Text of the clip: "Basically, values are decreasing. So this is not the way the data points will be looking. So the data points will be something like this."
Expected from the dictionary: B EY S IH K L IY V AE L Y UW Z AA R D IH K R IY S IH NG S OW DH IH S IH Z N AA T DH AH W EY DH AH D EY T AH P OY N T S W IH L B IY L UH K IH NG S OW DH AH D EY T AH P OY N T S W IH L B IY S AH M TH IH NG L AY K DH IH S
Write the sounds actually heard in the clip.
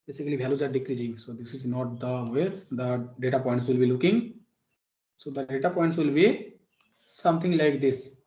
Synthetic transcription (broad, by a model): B EY S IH K L IY B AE L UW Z AA R D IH K R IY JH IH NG S OW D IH S IH Z N AA T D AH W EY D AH D EY T AH P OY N T S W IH L B IY L UH K IH NG S OW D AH D EY T AH P OY N T S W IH L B IY S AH M T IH NG L AY K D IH S